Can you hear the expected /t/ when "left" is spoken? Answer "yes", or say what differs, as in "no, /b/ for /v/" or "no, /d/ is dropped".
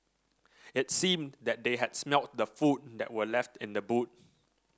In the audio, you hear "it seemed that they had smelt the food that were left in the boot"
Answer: yes